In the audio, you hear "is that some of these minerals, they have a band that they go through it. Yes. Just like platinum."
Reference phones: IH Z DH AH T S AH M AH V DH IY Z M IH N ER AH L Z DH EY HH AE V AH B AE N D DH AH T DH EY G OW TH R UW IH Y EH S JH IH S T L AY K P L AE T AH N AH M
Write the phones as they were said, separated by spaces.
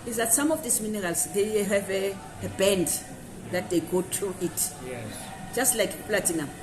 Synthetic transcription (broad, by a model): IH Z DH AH T S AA M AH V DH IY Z M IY N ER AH L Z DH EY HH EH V AH B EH N D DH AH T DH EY G OW T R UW IH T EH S JH IH S T L AY K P L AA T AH N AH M